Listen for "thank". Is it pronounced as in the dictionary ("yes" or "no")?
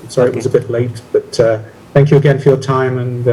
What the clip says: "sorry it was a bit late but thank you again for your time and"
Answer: yes